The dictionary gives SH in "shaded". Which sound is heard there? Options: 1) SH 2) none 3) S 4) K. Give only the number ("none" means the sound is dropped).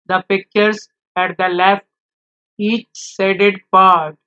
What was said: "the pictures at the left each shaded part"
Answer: 3